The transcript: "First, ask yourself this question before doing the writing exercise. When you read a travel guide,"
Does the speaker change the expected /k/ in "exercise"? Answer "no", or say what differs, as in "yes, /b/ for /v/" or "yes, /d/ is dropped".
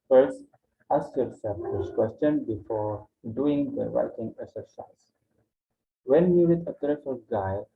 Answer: yes, /k/ is dropped